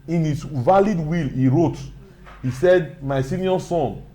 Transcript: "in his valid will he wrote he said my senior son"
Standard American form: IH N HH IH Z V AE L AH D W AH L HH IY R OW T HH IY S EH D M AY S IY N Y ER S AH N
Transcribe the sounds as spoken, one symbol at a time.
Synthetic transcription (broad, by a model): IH N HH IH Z V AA L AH D W AH L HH IY R OW T HH IY S EH D M AY S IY N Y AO S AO N